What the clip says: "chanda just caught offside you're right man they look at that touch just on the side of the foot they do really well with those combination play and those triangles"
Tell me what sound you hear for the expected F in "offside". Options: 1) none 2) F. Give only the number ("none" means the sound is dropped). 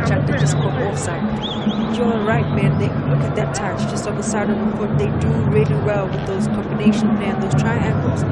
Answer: 1